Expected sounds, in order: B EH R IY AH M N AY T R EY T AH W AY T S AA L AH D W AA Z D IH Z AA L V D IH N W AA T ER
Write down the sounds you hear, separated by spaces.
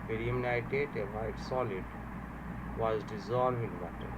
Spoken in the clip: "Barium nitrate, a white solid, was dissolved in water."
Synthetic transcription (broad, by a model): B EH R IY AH M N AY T EY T AH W AY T S AA L AH D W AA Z D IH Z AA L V IH N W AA T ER